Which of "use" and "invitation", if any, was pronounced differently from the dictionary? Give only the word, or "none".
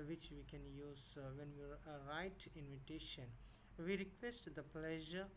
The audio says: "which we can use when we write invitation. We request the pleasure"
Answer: none